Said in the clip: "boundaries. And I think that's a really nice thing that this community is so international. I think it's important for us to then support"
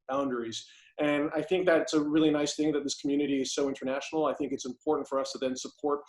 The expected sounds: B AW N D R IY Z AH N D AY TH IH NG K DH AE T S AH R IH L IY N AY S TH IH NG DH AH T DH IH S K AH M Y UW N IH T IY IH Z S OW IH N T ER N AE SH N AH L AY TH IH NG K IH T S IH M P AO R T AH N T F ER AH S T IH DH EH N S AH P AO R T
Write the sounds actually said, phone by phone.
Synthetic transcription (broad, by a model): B AW N D R IY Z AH N AY TH IH NG K DH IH T S AH R IH L IY N AY S TH IH NG DH AH T DH IH S K M Y UW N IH T IY IH Z S OW IH N T ER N AE SH N L AY TH IH NG K IH T S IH M P AO R T N T F ER AH S T IH DH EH N S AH P AO R T